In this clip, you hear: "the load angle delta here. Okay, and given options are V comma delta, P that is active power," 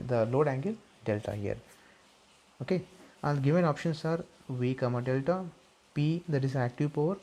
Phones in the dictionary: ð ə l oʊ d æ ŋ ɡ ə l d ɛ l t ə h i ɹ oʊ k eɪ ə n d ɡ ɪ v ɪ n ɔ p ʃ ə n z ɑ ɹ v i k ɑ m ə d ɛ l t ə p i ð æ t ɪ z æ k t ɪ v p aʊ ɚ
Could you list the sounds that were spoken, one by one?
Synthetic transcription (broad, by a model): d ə l oʊ d æ ŋ ɡ ə l d ɛ l t ə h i ɹ oʊ k eɪ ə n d ɡ ɪ v ɪ n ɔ p ʃ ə n s ɑ ɹ v i k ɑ m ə d ɛ l t ə p i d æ t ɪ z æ k t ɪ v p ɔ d